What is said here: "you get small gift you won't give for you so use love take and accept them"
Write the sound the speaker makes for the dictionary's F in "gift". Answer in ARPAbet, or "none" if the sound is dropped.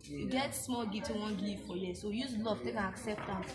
none